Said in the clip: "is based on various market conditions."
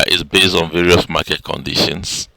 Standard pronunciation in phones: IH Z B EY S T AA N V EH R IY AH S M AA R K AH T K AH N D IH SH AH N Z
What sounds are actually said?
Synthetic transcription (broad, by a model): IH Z B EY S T AA N V EH R IY AH S M AA K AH T K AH N D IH SH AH N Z